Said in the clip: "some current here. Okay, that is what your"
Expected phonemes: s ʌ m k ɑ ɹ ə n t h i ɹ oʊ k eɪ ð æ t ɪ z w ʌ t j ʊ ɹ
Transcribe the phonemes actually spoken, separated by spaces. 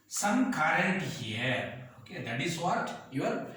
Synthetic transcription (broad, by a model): s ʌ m k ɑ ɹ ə t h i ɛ oʊ k eɪ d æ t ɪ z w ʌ t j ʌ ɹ